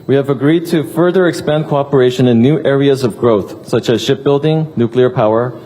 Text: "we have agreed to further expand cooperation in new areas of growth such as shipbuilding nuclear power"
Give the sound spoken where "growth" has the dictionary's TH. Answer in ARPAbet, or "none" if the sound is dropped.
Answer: TH